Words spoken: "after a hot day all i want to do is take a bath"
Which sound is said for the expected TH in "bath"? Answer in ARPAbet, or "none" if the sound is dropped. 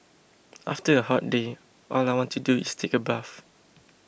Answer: F